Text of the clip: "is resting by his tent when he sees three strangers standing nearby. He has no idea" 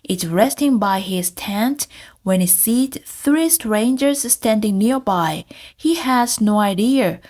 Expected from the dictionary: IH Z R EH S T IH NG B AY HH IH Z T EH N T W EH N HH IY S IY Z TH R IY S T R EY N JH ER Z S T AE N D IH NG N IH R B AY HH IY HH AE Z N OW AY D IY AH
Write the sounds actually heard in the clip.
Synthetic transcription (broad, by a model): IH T R EH S T IH NG B AY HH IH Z T EH N T W EH N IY S IY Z TH R IY S T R EY N JH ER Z S T AE N D IH NG N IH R B AY HH IY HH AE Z N OW AY D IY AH